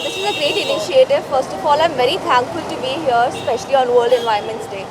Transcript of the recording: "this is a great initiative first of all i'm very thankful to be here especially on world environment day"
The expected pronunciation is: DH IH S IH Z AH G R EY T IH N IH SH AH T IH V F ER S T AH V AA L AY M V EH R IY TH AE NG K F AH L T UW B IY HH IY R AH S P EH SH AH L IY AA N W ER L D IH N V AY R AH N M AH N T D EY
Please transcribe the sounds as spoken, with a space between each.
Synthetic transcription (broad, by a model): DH IH S IH Z AH G R EY T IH N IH SH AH T IH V F ER S T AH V AA L AY M V EH R IY T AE NG K F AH L T UW B IY HH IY AH S P EH SH AH L IY AA N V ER L D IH N V AY AH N M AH N T D EY